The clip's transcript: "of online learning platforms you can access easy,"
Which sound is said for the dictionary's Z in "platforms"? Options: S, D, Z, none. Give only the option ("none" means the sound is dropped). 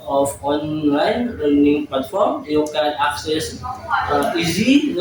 none